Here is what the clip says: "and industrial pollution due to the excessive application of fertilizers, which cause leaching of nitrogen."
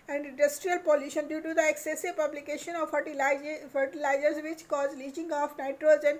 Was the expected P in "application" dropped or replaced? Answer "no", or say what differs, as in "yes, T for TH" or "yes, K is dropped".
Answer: yes, B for P